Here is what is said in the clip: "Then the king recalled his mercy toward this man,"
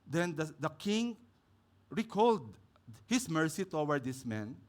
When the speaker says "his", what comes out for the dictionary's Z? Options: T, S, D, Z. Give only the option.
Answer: S